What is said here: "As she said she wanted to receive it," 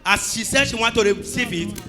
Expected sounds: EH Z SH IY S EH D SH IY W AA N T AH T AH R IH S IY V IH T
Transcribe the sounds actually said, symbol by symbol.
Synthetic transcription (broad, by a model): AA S SH IY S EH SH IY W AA T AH T AH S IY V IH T